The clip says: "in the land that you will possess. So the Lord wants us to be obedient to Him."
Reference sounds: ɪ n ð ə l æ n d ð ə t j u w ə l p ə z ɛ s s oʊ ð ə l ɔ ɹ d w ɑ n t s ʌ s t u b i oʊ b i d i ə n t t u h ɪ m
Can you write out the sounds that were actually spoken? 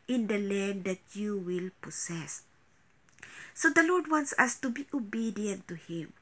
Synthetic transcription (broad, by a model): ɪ n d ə l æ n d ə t j u w ə l p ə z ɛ s s oʊ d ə l ɔ ɹ d w ɑ n t s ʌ s t u b i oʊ b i d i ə n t t u h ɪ m